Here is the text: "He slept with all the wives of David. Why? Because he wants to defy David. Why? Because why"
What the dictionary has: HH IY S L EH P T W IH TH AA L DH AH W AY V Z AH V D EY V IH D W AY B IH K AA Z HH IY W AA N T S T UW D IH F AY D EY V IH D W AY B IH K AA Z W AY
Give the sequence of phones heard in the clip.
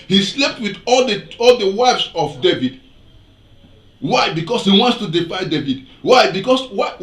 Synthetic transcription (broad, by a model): HH IY S L EH P T W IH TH AA L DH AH W AY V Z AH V D EY V IH D W AY B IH K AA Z HH IY W AA N T S T UW D IH F AY D EY V IH D W AY B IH K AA S W AY